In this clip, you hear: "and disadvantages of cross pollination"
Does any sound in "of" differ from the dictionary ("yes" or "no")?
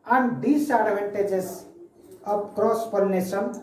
yes